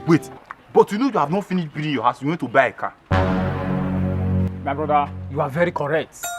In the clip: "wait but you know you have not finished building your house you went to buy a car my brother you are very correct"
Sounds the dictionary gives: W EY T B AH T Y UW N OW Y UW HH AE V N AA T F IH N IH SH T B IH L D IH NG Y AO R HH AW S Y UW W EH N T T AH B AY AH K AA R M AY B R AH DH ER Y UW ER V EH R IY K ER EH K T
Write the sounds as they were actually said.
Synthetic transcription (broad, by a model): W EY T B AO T Y UW N OW Y UW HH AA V N AA T F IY N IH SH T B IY D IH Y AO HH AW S Y UW W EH N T T AH B AY AH K AA M AY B R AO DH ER Y UW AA V EH R IY K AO EH K T